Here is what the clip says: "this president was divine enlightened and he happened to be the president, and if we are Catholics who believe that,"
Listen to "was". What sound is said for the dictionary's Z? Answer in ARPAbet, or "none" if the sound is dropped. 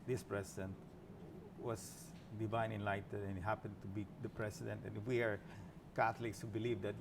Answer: S